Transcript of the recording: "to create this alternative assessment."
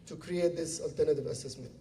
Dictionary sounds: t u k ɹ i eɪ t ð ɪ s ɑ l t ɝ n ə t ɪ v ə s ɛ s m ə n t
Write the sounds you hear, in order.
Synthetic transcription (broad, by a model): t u k ɹ i eɪ t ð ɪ s ɑ l t ɝ n ə t ɪ v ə s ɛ s m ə n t